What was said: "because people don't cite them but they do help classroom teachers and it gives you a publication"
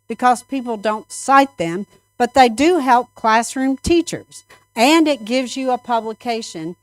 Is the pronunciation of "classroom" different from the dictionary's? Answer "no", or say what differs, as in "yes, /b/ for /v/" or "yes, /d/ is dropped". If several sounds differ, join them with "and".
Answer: no